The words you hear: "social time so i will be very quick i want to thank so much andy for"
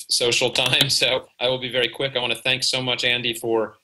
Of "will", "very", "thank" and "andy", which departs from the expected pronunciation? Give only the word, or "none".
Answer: none